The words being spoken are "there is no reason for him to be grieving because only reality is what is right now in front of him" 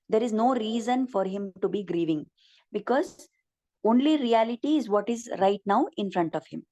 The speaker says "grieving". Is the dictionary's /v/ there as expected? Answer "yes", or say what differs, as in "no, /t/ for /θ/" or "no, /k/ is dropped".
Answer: yes